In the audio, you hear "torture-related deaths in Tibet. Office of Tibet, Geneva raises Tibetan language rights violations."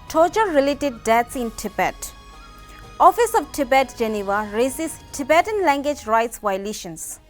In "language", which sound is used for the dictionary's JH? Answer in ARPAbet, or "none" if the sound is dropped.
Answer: JH